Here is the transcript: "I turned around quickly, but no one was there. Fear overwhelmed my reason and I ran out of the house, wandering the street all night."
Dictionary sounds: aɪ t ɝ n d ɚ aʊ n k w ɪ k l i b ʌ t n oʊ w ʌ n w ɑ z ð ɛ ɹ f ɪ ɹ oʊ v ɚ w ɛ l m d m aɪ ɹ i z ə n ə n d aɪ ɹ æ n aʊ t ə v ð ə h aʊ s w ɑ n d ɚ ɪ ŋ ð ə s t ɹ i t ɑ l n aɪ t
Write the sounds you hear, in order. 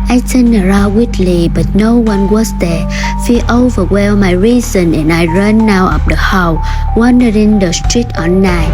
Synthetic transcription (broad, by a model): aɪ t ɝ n ɚ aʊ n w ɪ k l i b ʌ t n oʊ w ʌ n w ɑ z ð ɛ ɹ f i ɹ oʊ v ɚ w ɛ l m m aɪ ɹ i z ə n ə n aɪ ɹ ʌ n aʊ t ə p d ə h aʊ w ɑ n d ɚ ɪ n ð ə s t ɹ i t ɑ n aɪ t